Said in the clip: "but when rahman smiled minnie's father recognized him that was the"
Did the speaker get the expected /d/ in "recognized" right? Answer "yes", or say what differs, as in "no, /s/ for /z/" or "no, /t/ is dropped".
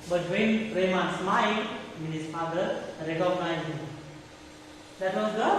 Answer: no, /d/ is dropped